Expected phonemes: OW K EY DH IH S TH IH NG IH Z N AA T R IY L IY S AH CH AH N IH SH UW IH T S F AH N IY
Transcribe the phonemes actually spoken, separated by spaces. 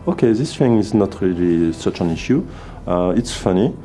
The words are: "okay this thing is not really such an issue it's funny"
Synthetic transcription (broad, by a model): OW K EY DH IH S F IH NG IH Z N AA T R IY L IY S AH CH AH N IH SH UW IH T S F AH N IY